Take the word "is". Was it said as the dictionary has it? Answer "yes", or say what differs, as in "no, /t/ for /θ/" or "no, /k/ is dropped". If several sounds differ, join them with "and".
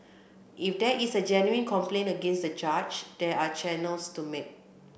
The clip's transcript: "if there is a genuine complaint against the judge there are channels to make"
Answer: no, /s/ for /z/